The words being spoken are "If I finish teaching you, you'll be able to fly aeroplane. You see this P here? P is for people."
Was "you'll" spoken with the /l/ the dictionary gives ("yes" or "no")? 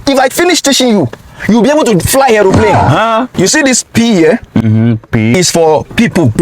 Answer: no